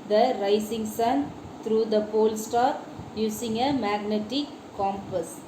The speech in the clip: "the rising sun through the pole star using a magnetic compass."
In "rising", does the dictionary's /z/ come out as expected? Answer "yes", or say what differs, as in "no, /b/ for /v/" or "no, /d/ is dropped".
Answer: no, /s/ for /z/